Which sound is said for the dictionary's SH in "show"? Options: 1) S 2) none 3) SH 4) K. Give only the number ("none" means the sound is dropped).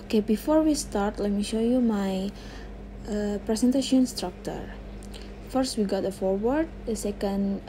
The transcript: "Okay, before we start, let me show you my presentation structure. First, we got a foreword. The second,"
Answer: 3